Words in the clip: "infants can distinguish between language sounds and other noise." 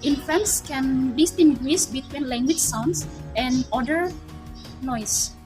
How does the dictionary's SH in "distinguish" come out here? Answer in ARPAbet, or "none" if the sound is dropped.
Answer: S